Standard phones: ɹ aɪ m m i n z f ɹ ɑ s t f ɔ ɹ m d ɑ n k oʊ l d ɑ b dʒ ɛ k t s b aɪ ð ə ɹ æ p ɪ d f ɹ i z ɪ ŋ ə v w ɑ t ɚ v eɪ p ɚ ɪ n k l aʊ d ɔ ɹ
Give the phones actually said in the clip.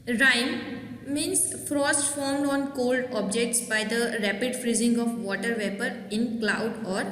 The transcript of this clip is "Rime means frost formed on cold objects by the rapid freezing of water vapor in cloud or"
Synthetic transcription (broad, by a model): ɹ aɪ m m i n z f ɹ ɑ s t f ɔ ɹ m d ɑ n k oʊ l d ɑ b dʒ ɛ k t s b aɪ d ə ɹ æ p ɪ d f ɹ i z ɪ ŋ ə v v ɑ t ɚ v eɪ p ɚ ɪ n k l aʊ d ɔ ɹ